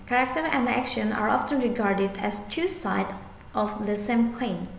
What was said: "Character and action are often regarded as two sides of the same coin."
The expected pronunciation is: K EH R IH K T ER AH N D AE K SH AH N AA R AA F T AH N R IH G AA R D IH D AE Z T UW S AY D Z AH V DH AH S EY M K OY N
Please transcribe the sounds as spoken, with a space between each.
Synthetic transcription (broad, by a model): K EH R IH K T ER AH N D AE K SH AH N AA R AA F T AH N R IH G AA R D IH D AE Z T UW S AY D AH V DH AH S EY M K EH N